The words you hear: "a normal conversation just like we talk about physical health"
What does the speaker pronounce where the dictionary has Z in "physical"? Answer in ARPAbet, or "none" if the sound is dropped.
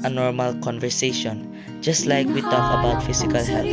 S